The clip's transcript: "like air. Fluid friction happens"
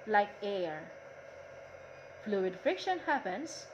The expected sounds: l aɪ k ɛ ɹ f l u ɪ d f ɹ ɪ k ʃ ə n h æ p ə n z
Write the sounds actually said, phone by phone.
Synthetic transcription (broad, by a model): l aɪ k ɛ ɹ f l u ɪ d f ɪ k ʃ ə n h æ p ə n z